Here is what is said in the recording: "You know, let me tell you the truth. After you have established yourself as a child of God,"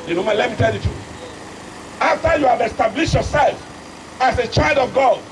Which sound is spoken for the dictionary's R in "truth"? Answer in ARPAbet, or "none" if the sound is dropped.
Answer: none